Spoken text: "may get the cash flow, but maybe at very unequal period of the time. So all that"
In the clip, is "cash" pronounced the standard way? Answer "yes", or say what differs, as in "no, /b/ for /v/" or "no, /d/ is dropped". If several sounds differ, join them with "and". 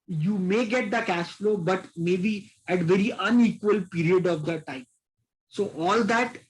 no, /s/ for /ʃ/